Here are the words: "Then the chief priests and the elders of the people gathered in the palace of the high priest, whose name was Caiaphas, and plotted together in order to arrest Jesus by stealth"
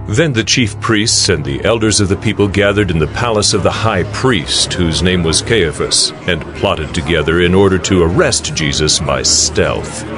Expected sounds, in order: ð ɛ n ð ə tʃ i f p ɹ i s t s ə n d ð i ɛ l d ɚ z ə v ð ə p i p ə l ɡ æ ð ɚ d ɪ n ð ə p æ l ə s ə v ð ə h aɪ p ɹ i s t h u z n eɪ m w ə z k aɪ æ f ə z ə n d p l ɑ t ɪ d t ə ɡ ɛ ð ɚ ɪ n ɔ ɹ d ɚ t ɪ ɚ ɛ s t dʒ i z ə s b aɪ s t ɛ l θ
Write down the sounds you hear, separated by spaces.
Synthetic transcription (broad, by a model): ð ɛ n ð ə tʃ i f p ɹ i s t s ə n ð i ɛ l d ɚ z ə v ð ə p i p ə l ɡ æ ð ɚ d ɪ n ð ə p æ l ə s ə v ð ə h aɪ p ɹ i s t h u z n eɪ m w ə z k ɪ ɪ f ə s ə n p l ɑ t ɪ d t ə ɡ ɛ ð ɚ ɪ n ɔ ɹ d ɚ t ɪ ɚ ɛ s t dʒ i z ə s b aɪ s t ɛ l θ